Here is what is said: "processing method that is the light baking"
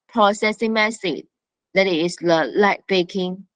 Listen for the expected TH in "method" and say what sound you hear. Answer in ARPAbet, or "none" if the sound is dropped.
S